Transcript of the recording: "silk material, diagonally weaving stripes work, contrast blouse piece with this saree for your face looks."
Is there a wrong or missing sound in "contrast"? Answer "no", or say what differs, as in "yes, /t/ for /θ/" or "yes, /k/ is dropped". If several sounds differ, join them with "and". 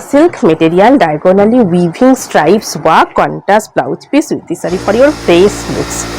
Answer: yes, /ɹ/ is dropped